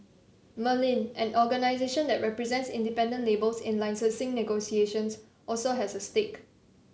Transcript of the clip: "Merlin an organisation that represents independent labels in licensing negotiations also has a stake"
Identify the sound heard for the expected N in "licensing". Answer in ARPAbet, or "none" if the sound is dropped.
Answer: none